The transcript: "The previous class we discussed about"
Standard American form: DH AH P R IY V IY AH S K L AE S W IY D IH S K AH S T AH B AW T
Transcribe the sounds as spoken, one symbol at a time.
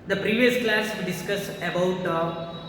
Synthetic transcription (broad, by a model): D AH P R IY V IY AH S K L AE S D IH S K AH S AH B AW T